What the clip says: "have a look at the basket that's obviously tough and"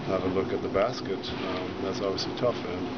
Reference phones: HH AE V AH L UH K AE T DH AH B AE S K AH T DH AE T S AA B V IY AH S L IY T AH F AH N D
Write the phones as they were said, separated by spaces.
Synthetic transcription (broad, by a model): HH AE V AH L UH K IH T DH AH B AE S K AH T DH AE T S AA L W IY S IY T AH F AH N